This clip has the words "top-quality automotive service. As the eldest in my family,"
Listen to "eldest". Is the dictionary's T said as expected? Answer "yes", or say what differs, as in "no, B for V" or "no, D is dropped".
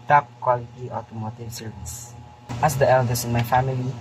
no, T is dropped